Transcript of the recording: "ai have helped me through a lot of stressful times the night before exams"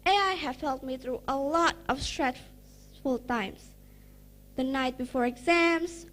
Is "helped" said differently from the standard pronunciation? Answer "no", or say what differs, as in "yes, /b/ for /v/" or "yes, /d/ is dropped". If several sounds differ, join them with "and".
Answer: yes, /p/ is dropped